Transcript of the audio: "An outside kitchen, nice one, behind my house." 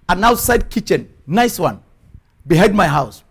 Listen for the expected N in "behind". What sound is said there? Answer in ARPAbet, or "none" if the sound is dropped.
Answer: none